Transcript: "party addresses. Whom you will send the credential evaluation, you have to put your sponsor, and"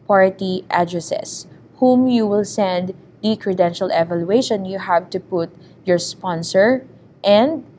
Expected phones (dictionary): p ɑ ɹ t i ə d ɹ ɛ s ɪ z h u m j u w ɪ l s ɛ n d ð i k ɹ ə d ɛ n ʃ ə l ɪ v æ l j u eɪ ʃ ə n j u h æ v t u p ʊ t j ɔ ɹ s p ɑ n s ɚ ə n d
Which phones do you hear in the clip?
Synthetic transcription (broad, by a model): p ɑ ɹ t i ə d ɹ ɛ s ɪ s h u m j u w ɪ l s ɛ n d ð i k ɹ ə d ɛ n ʃ ə l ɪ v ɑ l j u eɪ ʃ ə n j u h æ v t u p ʊ t j ɔ ɹ s p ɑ n s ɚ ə n d